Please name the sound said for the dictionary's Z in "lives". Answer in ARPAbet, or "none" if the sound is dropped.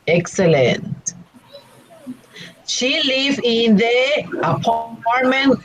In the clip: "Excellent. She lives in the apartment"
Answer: none